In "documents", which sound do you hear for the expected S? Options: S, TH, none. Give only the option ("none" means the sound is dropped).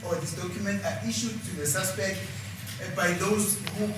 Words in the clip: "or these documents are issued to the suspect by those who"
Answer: none